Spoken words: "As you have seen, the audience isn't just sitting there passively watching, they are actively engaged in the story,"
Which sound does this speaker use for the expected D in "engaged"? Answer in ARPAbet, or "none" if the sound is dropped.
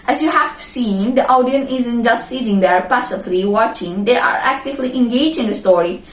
none